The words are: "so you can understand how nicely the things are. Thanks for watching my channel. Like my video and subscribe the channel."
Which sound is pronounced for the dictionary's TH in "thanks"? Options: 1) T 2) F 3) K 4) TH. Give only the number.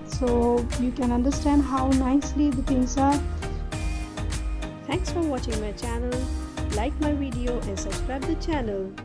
1